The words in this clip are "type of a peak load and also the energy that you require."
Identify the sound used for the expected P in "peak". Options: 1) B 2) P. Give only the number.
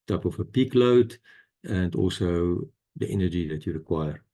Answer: 2